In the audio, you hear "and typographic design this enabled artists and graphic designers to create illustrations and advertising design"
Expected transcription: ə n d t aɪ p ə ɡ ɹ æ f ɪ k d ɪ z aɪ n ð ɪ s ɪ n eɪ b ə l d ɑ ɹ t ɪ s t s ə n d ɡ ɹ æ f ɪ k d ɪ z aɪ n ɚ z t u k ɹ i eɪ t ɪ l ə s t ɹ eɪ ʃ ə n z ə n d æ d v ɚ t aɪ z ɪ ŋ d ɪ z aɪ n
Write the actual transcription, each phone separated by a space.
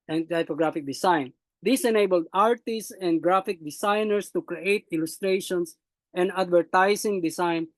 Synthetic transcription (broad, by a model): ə n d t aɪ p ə ɡ ɹ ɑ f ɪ k d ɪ s aɪ n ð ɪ s ɪ n eɪ b ə l d ɑ ɹ t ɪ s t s ə n d ɡ ɹ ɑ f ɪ k d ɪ s aɪ n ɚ s t u k ɹ i eɪ t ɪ l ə s t ɹ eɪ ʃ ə n s ə n d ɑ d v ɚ t aɪ s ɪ ŋ d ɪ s aɪ n